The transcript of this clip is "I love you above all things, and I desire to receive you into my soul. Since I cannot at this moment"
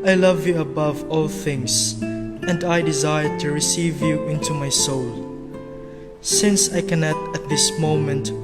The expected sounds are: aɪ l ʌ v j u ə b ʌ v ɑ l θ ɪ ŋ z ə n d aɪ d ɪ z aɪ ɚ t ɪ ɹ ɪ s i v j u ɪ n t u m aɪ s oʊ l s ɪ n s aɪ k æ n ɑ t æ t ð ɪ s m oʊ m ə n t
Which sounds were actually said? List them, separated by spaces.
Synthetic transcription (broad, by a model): aɪ l ʌ v j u ə b ʌ v ɑ l θ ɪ ŋ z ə n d aɪ d ɪ z aɪ ɚ t ɪ ɹ ɪ s i v j u ɪ n t u m aɪ s oʊ l s ɪ n s aɪ k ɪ n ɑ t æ t ð ɪ s m oʊ m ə n t